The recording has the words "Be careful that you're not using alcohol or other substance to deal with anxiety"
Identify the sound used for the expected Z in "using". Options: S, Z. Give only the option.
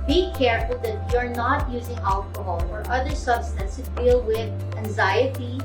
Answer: Z